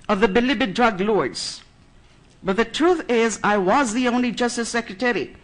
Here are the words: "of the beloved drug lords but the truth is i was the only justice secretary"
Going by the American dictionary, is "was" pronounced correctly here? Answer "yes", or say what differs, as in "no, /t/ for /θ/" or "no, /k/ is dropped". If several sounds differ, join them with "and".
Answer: yes